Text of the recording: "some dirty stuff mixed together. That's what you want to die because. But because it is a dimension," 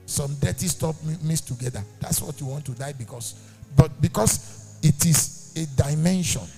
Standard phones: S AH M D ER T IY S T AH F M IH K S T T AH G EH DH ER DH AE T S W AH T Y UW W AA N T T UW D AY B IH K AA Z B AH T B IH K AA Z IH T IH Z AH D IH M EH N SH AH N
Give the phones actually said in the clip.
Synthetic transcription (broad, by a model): S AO M D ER T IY S T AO P M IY S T T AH G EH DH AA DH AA T S W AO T Y UW W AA N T T UW D AY B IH K AA S B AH T B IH K AA S IH T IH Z AH D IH M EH N SH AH N